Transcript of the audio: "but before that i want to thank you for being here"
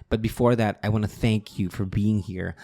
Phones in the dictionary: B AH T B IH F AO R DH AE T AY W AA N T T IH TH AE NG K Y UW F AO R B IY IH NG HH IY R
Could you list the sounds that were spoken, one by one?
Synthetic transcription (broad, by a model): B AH T B IH F AO R DH AE T AY W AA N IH TH AE NG K Y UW F AO R B IY IH NG HH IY R